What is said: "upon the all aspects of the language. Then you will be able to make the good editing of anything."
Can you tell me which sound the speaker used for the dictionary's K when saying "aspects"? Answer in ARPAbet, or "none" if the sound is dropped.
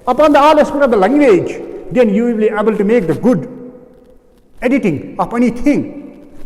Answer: none